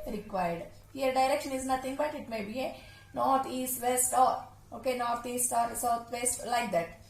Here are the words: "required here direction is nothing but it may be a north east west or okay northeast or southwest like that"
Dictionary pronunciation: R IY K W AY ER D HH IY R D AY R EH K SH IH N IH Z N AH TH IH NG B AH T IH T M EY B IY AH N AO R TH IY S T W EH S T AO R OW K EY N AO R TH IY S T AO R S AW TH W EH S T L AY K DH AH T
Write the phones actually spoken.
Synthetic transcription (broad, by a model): R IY K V AY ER D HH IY R D AY R EH K SH IH N IH Z N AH T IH NG B AH T IH T M EY B IY AH N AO R T IY S T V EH S T AO R OW K EY N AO R T IY S T AO R S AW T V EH S T L AY K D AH T